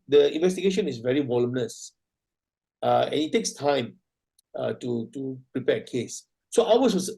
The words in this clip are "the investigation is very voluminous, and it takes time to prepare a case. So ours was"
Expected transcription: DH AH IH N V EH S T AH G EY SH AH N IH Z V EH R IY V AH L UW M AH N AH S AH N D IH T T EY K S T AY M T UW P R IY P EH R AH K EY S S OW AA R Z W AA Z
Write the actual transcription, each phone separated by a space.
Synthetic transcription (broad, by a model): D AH IH N V EH S T AH G EY SH AH N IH S V EH R IY W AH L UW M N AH S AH N IH T T EY K S T AY M T UW P R IY P EH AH K EY S S OW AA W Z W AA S